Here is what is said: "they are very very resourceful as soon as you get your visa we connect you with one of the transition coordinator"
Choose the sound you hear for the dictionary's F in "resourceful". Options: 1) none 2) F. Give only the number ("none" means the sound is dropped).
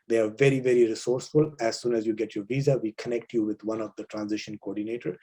2